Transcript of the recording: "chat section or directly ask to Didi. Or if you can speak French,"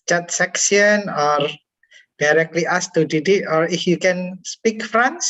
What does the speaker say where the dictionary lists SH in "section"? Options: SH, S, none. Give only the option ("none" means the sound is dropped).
S